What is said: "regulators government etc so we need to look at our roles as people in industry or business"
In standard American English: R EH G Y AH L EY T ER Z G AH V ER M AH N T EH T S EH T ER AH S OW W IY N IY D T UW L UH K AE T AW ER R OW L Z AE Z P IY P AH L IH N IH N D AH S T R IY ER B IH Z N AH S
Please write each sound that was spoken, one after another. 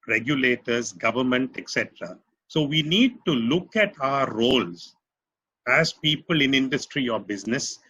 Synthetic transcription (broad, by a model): R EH G Y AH L EY T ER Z G AH V ER M AH N T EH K S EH T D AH S OW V IY N IY D T UW L UH K AE T AW ER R OW L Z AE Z P IY P AH L IH N IH N D AH S T R IY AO B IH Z N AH S